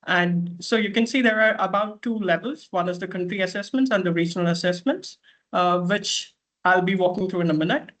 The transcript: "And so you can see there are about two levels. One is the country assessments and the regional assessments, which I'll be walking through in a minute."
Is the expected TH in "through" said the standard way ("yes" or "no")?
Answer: no